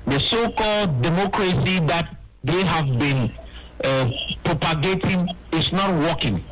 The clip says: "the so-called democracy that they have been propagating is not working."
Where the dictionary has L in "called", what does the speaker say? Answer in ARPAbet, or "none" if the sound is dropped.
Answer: L